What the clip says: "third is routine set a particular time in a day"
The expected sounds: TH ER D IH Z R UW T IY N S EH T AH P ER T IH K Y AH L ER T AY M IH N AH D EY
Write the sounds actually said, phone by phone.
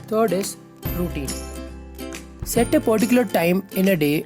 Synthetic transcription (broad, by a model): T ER D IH S R UW T IY N S EH T AH P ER T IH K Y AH L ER T AY M IH N AH D EY